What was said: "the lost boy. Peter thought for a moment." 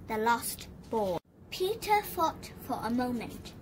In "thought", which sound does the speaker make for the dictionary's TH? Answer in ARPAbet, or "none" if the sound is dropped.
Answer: F